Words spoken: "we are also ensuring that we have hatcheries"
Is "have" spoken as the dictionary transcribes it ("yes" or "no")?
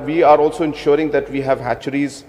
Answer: yes